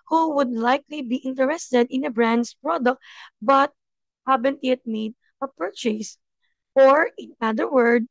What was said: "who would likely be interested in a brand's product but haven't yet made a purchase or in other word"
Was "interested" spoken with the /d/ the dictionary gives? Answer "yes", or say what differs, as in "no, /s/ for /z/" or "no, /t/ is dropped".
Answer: yes